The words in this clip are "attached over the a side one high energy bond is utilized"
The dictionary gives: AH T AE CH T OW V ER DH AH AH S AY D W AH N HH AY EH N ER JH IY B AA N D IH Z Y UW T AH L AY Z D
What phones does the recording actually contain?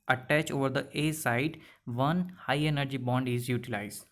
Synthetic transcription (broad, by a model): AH T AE CH OW V ER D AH AH S AY D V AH N HH AY EH N ER JH IY B AA N D IH Z Y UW T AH L AY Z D